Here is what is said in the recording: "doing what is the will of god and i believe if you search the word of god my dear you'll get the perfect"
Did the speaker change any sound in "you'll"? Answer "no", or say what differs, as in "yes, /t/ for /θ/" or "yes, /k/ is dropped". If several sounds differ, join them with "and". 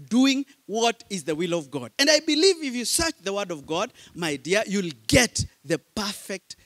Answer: no